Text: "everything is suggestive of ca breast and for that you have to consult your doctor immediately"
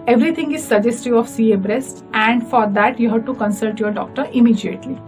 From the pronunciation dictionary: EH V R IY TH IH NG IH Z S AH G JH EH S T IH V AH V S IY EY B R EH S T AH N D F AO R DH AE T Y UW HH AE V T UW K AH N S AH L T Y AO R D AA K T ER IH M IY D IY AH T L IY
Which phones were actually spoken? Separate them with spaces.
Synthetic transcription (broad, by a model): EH V R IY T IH NG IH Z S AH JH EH S T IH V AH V S IY EY B R EH S T AH N D F AO R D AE T Y UW HH AE V T UW K AH N S AH L T Y AO R D AA K T ER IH M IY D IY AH T L IY